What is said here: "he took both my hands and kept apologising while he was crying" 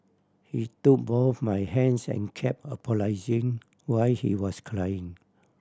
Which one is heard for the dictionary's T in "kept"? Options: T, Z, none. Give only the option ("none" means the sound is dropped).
none